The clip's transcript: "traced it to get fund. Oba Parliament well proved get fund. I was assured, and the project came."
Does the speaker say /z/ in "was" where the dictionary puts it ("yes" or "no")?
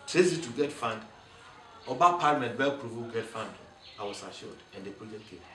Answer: no